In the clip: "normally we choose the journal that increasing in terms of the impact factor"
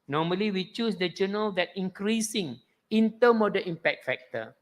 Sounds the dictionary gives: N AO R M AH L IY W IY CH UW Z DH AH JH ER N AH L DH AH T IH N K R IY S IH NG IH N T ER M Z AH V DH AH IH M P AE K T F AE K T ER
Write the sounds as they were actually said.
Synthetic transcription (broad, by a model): N AO M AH L IY W IY CH UW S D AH JH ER N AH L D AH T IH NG K R IY S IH NG IH N T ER M AH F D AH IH M P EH K T F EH K T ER